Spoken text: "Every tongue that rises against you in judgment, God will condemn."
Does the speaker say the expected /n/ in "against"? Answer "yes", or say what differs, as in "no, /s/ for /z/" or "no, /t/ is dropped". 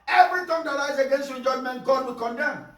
yes